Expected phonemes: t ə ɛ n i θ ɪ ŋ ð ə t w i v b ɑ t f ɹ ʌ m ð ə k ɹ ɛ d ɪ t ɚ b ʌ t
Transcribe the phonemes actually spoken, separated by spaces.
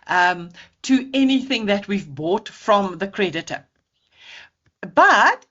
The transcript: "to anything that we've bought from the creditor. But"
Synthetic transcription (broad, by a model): t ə ɛ n i θ ɪ ŋ ð ə t w i v b ɑ t f ɹ ʌ m ð ə k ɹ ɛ d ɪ t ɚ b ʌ t